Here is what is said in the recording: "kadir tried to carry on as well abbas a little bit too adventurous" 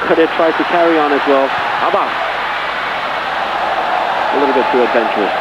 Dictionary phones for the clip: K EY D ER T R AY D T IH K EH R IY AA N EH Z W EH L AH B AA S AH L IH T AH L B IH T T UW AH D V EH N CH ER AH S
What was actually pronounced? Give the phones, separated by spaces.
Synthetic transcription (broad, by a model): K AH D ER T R AY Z T IH K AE R IY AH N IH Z W EH L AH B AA AH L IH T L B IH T T UW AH D V EH N CH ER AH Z